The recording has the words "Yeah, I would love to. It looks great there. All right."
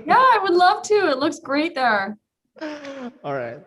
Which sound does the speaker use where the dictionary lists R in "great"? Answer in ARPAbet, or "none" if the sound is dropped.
R